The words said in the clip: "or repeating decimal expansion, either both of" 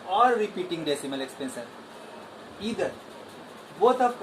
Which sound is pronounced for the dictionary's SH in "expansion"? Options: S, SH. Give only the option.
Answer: S